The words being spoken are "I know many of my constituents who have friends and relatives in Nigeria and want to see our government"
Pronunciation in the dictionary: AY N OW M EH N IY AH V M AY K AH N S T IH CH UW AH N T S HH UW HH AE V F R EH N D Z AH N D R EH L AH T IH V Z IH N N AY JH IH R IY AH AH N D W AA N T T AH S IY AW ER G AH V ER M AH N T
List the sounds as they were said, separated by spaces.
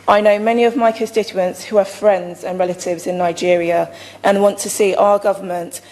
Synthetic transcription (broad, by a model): AY N OW M EH N IY AH V M AY K AH N S T IH CH UW AH N T S HH UW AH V F R EH N D Z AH N R EH L AH T IH V Z IH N N AY JH IH R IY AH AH N W AA N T T AH S IY AW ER G AH V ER M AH N T